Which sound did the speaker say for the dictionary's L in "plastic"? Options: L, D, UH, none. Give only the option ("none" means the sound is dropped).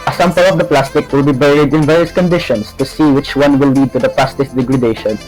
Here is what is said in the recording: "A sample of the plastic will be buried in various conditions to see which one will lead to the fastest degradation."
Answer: L